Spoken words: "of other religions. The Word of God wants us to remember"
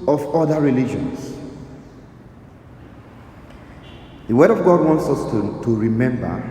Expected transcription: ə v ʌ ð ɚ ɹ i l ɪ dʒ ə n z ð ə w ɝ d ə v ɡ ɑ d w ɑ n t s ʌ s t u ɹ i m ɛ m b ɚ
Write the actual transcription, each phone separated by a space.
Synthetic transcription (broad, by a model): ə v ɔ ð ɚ ɹ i l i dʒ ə n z ð ə w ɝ d ə v ɡ ɑ d w ɑ n t s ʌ s t u ɹ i m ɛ m b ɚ